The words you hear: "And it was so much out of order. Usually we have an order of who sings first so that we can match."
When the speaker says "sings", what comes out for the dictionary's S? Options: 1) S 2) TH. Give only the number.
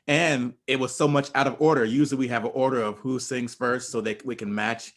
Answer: 1